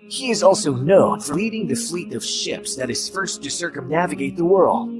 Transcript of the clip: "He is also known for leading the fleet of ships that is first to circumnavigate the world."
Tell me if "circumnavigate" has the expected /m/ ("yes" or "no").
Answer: yes